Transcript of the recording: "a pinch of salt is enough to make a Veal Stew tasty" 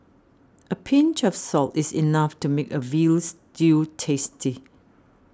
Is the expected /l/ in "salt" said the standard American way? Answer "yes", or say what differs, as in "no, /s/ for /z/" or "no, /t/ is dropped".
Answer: yes